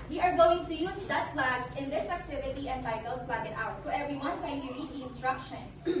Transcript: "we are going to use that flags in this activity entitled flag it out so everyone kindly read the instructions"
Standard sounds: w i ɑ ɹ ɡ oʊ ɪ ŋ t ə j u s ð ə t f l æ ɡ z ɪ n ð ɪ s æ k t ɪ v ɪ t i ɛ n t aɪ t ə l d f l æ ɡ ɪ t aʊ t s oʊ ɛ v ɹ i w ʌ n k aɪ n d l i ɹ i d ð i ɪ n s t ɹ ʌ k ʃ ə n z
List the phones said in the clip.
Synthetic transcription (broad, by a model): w i ɑ ɹ ɡ oʊ ɪ ŋ t ə j u s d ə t p l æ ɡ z ɪ n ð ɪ s æ k t ɪ v ɪ t i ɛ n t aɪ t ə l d p l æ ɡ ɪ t aʊ t s oʊ ɛ v ɹ i w ʌ n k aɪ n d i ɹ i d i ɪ n s t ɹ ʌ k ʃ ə n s